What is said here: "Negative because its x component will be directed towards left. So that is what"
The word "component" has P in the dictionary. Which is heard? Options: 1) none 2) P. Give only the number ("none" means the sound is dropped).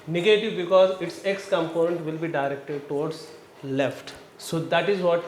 2